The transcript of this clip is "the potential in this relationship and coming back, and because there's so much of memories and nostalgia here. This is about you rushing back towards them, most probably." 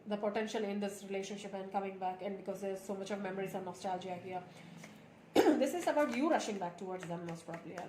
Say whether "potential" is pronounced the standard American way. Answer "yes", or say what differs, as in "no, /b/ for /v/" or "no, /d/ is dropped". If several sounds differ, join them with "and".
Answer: yes